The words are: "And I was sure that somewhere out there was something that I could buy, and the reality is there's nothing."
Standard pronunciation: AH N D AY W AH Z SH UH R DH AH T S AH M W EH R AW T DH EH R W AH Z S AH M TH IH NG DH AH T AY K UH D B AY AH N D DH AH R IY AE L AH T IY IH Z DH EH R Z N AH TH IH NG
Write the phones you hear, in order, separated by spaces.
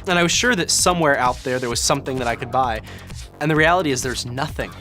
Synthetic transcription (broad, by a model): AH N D AY W AH Z SH UH R DH AH T S AH M W EH R AW T DH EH R W AH Z S AH M TH IH NG DH AH T AY K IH D B AY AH N DH AH R IY AE L AH T IY IH Z DH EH R Z N AH TH IH NG